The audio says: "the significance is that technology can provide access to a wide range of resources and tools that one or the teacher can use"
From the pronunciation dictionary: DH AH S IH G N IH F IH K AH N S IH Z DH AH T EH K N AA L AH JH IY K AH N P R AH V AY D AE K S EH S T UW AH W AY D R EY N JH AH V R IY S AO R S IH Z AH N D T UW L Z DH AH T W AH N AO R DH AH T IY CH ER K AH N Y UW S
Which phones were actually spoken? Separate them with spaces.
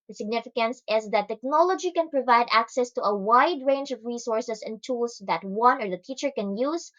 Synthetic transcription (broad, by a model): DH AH S IH G N IH F IH K AH N S IH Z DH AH T EH K N AA L AH JH IY K AH N P R AH V AY D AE K S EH S T UW AH W AY D R EY N JH AH V R IY S AO R S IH S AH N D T UW L S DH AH T W AH N AO R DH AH T IY CH ER K AH N Y UW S